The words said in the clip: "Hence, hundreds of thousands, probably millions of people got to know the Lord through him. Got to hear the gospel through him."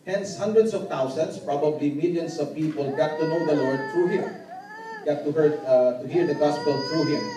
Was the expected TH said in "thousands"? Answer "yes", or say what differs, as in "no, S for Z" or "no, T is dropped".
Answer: no, T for TH